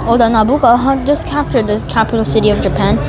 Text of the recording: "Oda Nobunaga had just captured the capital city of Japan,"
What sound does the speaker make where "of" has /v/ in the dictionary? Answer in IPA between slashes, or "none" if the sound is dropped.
/v/